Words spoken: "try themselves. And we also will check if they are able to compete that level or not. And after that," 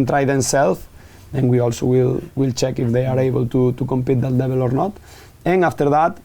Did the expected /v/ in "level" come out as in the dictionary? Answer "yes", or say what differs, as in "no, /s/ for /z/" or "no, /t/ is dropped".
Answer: no, /b/ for /v/